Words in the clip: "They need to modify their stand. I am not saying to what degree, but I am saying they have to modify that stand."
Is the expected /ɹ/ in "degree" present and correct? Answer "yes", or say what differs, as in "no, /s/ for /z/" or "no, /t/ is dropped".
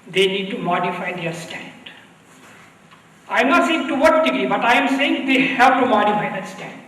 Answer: no, /ɹ/ is dropped